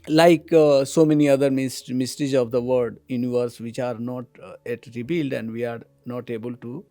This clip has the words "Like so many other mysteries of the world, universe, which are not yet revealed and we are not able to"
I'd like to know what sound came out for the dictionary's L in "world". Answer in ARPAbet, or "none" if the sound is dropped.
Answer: none